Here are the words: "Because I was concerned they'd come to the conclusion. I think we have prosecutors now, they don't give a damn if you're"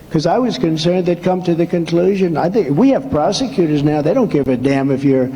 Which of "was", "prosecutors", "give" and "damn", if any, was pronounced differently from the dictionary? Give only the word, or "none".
none